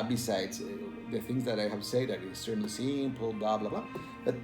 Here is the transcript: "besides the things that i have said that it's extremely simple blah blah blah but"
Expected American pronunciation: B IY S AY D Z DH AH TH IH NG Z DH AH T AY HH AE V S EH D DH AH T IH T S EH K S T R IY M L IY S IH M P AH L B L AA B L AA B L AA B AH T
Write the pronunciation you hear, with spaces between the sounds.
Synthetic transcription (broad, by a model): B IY S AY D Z DH AH TH IH NG Z DH AH T AY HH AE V S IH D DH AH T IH S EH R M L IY S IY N P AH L B L AA B L AA B L AA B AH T